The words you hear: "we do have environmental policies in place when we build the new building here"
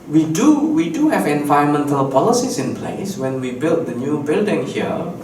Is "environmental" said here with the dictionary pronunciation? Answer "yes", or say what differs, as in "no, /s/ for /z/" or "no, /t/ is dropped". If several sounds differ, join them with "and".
no, /ɹ/ is dropped